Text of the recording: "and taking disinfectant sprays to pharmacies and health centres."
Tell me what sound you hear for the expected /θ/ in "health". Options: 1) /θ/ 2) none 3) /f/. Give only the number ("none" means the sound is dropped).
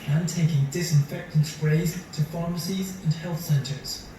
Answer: 1